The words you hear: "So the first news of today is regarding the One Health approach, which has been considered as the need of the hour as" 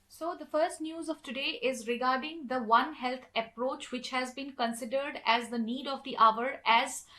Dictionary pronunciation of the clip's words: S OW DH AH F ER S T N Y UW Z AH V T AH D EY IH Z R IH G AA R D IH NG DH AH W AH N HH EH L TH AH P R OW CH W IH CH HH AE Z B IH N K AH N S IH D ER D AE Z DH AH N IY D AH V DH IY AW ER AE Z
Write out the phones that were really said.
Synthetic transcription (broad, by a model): S OW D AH F ER S T N Y UW Z AH V T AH D EY IH Z R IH G AA R D IH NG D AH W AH N HH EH L T AH P R OW CH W IH CH HH AE Z B IH N K AH N S IH D ER D AE Z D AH N IY D AH V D IY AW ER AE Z